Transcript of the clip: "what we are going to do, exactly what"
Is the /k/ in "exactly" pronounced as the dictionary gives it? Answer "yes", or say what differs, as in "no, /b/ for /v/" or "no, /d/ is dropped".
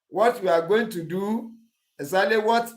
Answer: no, /k/ is dropped